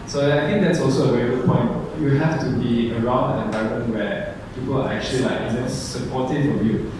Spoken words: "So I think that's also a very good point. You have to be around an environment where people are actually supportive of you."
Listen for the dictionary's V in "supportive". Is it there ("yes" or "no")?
no